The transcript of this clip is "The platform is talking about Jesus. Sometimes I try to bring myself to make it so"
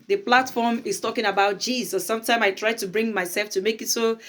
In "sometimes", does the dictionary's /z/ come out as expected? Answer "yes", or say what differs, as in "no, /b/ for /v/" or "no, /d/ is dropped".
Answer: no, /z/ is dropped